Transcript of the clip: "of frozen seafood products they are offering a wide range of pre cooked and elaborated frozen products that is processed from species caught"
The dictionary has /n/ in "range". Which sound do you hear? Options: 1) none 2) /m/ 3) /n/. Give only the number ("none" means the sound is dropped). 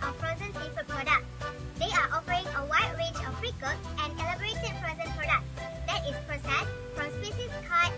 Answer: 1